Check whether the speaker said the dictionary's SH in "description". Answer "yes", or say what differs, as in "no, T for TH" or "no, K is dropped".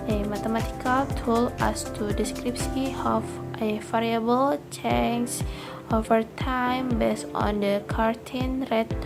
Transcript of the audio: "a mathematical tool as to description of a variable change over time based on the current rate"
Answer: no, S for SH